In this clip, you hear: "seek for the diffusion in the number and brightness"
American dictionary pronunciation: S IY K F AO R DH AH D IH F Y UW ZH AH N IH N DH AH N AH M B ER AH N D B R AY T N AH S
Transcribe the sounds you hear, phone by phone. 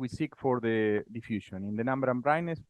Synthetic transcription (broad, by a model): S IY K F AO R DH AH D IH F Y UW SH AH N IH N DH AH N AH M B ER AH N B R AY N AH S